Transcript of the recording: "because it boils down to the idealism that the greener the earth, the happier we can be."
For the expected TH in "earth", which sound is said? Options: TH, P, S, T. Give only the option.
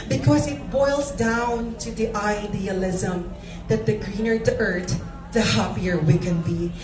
T